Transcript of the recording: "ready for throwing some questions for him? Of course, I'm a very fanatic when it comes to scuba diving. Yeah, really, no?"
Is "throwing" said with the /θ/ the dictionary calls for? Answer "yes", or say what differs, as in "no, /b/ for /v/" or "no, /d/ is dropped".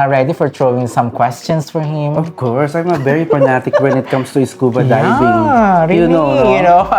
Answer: no, /t/ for /θ/